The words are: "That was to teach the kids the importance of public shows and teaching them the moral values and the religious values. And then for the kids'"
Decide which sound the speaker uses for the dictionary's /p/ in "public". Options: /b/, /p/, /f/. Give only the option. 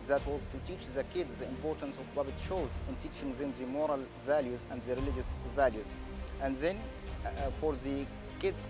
/b/